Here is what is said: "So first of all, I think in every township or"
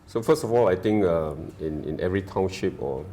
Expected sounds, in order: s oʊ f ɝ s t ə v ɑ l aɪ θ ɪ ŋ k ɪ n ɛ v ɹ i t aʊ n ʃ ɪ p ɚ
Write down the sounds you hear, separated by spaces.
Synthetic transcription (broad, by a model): s oʊ f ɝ s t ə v ɑ l aɪ t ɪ ŋ k ɪ n ɛ v ɹ i t aʊ n ʃ ɪ p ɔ